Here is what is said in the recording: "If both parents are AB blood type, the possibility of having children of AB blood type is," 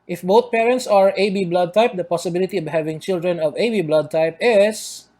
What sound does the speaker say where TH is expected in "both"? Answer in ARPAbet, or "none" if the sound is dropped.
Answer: T